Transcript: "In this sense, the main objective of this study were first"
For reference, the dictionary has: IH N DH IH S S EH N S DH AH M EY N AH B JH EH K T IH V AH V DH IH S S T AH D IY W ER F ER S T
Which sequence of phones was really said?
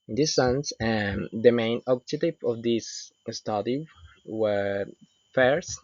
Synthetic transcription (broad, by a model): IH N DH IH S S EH N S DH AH M EY N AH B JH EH T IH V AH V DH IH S S T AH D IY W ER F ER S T